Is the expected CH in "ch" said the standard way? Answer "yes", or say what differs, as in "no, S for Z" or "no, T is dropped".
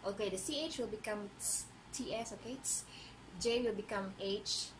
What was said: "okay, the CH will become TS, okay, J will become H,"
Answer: yes